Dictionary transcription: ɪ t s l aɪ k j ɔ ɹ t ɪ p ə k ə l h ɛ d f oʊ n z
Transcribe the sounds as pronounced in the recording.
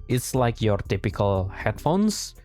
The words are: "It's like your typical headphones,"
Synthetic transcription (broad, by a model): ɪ t s l aɪ k j ɔ ɹ t ɪ p ə k ə l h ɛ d f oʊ n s